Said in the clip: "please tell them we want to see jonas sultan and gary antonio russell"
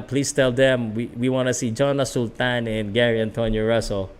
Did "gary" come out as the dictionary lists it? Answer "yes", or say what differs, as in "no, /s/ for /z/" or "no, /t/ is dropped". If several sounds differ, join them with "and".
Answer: yes